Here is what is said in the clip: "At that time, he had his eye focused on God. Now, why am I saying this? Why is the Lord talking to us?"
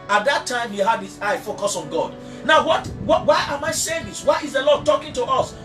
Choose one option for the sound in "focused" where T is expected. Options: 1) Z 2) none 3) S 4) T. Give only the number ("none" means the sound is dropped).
2